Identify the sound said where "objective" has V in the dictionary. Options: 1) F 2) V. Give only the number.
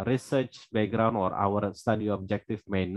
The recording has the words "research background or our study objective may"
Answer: 1